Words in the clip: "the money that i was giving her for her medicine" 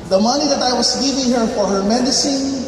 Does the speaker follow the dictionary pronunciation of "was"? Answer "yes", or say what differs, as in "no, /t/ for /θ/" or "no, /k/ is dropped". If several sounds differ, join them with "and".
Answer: no, /s/ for /z/